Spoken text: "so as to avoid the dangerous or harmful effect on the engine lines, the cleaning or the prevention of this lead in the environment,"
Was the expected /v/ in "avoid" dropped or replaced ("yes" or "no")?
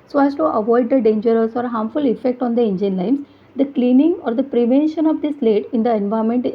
no